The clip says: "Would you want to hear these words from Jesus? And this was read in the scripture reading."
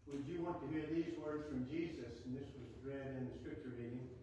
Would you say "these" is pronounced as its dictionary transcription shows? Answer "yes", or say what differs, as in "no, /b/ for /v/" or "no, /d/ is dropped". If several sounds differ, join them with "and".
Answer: yes